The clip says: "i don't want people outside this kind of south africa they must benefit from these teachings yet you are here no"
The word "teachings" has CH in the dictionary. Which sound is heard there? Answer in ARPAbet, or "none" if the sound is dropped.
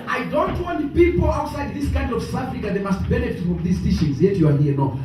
SH